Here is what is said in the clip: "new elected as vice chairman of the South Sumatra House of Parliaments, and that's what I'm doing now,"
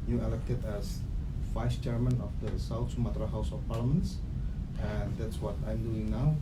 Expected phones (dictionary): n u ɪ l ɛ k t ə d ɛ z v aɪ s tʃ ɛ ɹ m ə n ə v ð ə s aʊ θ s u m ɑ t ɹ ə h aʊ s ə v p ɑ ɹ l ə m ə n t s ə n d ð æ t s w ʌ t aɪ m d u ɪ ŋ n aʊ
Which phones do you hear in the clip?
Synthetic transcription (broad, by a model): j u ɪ l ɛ k t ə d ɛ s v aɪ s tʃ ɛ ɹ m ə n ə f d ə s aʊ t s u m ɑ t ɹ ə h aʊ s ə f p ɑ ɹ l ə m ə n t s ə n d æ t s w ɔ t aɪ m d u ɪ ŋ n aʊ